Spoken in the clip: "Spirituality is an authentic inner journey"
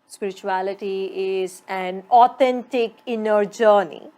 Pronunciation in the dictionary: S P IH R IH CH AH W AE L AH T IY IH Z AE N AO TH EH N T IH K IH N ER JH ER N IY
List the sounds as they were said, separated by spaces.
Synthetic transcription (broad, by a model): S P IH R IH CH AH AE L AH T IY IH Z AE N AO T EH N T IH K IH N ER JH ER N IY